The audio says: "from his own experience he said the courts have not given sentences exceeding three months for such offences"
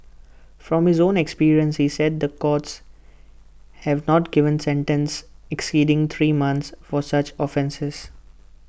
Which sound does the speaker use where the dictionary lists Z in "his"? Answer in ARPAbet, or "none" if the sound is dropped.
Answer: Z